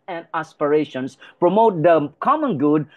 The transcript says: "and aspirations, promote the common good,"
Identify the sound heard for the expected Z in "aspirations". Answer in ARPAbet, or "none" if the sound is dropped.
S